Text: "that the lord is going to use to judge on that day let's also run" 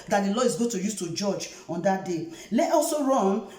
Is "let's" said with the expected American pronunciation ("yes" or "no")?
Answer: no